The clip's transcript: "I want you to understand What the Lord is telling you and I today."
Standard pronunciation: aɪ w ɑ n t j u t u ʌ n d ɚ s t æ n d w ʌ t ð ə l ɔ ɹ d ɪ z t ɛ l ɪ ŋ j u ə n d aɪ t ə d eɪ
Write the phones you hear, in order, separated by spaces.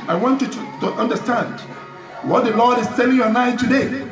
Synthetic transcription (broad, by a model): aɪ w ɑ n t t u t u ʌ n d ɚ s t æ n d w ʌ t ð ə l ɔ ɹ d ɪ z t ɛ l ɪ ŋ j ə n aɪ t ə d eɪ